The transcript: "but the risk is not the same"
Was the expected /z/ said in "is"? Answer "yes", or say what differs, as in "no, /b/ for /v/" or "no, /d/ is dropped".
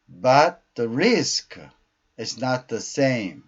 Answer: yes